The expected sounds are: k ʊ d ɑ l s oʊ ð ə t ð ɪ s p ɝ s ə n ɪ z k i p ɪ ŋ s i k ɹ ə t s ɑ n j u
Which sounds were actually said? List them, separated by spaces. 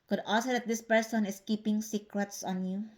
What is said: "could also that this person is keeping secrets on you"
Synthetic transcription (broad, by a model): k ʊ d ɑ s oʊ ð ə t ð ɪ s p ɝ s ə n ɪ s k i p ɪ ŋ s i k ɹ ə t s ɑ n j u